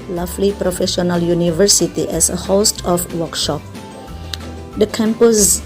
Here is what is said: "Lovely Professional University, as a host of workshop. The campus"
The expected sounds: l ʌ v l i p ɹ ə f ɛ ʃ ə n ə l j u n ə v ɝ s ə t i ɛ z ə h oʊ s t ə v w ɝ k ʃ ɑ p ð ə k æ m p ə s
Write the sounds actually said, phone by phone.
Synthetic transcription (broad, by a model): l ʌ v l i p ɹ ə f ɛ ʃ ə n ə l j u n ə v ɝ s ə t i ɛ s ə h oʊ s t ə f w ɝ k ʃ ɑ p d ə k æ m p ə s